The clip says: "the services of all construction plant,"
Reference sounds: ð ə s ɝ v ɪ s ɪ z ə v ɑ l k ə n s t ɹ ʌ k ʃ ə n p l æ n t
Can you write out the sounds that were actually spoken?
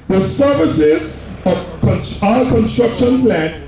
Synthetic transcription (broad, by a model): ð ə s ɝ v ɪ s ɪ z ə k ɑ n k ə n s t ɹ ʌ k ʃ ə n p l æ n